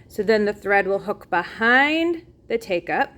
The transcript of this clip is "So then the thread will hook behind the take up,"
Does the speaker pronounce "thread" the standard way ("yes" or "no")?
yes